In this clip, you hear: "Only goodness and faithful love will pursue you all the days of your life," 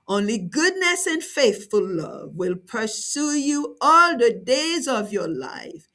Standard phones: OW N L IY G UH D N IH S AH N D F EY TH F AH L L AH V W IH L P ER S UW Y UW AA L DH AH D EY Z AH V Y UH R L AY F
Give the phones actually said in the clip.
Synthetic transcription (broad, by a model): OW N L IY G UH D N IH S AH N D F EY TH F AH L L AH V W IH L P ER S UW Y UW AA L DH AH D EY Z AH V Y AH R L AY F